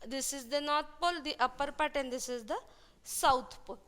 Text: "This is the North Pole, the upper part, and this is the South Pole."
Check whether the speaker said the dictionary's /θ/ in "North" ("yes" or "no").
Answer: no